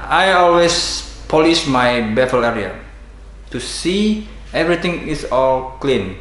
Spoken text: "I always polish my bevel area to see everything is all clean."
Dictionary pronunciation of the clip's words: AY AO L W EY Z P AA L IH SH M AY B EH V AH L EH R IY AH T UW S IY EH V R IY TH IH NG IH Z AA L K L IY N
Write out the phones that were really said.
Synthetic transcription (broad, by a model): AY AO L W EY S P AA L IH SH M AY B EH F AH L EH R IY AH T UW S IY EH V R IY T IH NG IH S AA L K L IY N